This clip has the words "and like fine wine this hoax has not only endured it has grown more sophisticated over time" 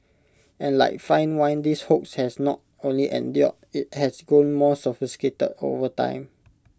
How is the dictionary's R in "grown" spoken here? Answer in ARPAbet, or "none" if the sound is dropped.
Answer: none